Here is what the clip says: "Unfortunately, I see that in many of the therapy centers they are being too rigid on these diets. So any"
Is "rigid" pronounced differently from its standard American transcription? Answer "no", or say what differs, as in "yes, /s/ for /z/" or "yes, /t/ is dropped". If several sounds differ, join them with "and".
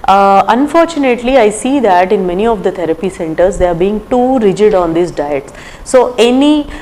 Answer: no